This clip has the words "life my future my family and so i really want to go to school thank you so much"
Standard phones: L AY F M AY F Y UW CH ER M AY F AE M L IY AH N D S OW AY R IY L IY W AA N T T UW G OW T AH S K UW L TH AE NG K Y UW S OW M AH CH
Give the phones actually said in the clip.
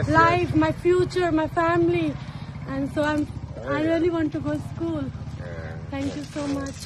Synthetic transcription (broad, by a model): L AY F M AY F Y UW CH ER M AY F AE M L IY AH N D S OW AY R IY L IY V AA N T T UW G OW S K UW L T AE NG K Y UW S OW M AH CH